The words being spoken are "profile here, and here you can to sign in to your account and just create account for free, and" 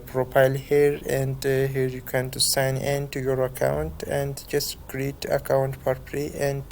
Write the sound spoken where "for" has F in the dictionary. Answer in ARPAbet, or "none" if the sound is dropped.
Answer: P